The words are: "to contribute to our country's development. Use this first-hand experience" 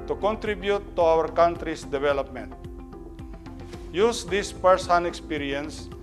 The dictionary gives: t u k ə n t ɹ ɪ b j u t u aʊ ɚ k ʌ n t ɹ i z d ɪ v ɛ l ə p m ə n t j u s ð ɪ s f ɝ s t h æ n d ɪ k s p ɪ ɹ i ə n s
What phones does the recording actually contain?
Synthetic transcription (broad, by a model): t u k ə n t ɹ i b j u t u aʊ ɚ k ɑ n t ɹ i s d ɪ v ɛ l ə p m ə n t j u s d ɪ s p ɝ s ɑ n ɪ k s p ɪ ɹ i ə n s